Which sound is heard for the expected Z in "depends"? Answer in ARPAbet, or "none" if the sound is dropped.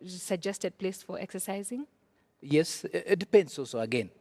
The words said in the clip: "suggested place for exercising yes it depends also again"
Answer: S